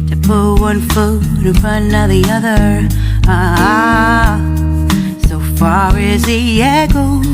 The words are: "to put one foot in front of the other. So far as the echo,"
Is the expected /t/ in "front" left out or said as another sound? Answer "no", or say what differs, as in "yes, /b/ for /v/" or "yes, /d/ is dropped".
yes, /t/ is dropped